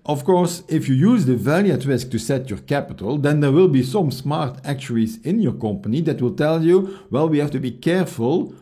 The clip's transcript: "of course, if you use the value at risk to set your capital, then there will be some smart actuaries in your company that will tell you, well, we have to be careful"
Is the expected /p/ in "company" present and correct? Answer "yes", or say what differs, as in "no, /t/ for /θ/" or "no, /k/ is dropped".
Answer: yes